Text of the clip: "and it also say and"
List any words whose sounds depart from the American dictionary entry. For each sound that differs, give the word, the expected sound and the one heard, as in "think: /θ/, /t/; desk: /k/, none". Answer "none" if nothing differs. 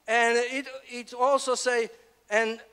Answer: none